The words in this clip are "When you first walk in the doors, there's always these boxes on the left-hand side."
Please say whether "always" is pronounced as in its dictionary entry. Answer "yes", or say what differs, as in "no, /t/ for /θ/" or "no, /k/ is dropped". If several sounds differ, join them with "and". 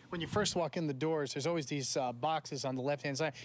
yes